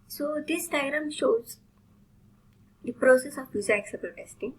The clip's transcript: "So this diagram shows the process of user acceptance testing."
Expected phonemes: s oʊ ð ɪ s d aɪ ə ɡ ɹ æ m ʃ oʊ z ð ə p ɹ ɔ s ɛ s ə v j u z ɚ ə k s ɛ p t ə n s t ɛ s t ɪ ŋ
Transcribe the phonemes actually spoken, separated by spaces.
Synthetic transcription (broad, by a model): s oʊ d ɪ s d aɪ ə ɹ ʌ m ʃ oʊ z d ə p ɹ ɔ s ɛ s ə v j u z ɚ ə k s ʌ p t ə t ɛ s t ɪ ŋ